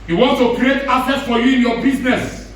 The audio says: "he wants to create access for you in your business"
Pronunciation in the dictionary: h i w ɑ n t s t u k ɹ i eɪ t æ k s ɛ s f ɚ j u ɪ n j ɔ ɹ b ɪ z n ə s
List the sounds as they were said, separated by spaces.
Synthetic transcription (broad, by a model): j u w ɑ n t t u k ɹ i eɪ t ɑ s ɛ s f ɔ j u ɪ n j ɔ b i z n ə s